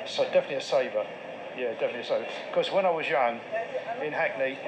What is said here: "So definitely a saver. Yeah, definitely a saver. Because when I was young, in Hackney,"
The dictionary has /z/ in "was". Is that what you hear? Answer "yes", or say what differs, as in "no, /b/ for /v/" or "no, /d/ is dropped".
yes